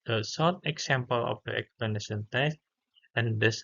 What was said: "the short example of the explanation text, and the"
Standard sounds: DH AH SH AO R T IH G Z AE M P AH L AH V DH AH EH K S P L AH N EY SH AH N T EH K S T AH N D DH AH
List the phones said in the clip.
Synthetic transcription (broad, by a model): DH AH S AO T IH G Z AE M P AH L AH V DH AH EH K S P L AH N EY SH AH N T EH S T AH N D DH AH